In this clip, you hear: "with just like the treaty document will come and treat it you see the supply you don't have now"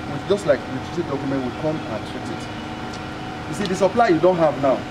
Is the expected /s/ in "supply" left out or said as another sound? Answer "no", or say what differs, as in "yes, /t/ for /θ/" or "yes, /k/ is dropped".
no